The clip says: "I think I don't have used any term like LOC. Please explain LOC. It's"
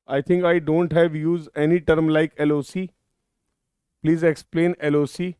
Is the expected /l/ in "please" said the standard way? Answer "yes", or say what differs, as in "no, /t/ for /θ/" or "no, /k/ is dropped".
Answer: yes